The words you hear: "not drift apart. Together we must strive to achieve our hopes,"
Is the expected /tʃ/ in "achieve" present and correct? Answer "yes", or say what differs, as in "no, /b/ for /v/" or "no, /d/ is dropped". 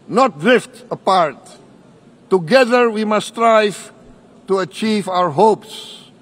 yes